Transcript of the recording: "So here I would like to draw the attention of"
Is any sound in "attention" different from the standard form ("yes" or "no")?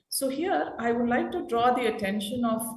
no